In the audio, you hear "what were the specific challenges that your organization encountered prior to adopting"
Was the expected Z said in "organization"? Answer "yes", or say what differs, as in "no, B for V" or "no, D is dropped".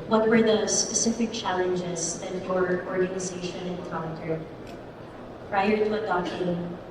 yes